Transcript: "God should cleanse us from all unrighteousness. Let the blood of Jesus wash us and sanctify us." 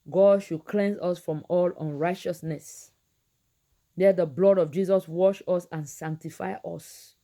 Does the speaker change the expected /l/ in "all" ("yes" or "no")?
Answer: no